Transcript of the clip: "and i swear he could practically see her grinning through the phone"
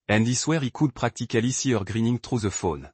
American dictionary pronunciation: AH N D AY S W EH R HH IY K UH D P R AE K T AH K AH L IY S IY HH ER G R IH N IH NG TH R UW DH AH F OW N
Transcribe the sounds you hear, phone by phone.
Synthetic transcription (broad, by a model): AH N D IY S W EH R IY K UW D P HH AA K T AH K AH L IY S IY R G R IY N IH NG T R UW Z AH F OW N